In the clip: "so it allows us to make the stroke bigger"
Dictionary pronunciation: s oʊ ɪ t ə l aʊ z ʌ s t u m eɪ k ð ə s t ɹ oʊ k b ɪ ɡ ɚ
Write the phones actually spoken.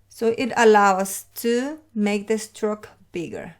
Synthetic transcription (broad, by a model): s oʊ ɪ t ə l aʊ ʌ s t u m eɪ k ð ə s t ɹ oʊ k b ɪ ɡ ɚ